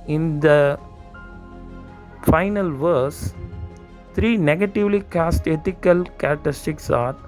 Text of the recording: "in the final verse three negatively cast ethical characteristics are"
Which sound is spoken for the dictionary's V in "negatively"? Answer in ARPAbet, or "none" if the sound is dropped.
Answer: V